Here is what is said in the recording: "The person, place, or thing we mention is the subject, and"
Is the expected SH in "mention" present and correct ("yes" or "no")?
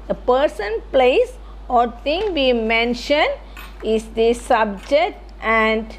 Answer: yes